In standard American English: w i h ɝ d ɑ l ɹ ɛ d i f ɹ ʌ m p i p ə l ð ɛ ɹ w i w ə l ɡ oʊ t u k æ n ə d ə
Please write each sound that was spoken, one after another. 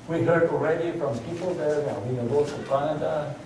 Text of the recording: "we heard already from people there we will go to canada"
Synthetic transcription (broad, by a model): w i h ɝ d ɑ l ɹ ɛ d i f ɹ ʌ m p i p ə l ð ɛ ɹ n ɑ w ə n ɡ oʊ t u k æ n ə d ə